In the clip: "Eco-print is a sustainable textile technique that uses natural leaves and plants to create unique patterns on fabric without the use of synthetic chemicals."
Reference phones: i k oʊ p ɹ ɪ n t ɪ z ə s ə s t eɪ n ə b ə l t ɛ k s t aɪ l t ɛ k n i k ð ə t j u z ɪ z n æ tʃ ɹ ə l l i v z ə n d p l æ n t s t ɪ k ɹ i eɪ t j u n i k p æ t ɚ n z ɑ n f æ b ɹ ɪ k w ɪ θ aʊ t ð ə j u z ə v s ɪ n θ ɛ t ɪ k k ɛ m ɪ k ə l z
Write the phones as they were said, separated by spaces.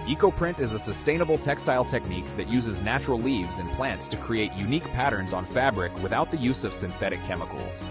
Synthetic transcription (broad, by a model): i k oʊ p ɹ ɪ n t ɪ z ə s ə s t eɪ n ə b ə l t ɛ k s t aɪ l t ɛ k n i k ð ə t j u z ɪ z n æ tʃ ɹ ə l l i v z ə n p l æ n t s t ɪ k ɹ i eɪ t j u n i k p æ t ɚ n z n f æ b ɹ ɪ k w ɪ θ aʊ t ð ə j u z ə v s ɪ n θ ɛ t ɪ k k ɛ m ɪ k l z